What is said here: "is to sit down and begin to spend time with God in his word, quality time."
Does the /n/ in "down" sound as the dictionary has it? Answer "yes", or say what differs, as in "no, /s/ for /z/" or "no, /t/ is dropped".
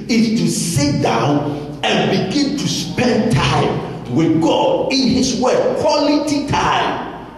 yes